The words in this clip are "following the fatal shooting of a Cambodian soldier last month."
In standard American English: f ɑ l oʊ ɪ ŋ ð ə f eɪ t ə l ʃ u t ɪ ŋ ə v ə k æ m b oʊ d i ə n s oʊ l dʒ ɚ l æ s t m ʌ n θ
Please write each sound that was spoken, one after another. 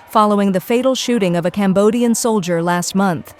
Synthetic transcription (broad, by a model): f ɑ l oʊ ɪ ŋ ð ə f eɪ t l ʃ u t ɪ ŋ ə v ə k æ m b oʊ d i ə n s oʊ l dʒ ɚ l æ s t m ʌ n θ